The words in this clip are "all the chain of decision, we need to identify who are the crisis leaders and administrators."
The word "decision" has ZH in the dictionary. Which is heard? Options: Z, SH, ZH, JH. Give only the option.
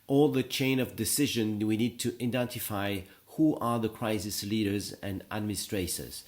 ZH